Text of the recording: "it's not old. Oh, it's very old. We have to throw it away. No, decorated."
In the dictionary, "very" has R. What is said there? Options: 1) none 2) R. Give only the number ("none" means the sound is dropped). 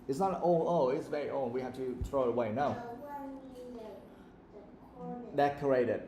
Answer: 2